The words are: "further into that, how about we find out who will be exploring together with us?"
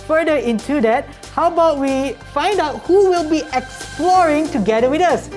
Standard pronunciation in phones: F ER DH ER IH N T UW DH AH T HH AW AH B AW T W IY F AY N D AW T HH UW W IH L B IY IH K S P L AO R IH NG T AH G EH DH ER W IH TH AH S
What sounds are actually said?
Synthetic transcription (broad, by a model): F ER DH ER IH N T UW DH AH T HH AW B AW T W IY F AY N D AW T HH UW W IH L B IY IH K S P L AO R IH NG T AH G EH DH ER W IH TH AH S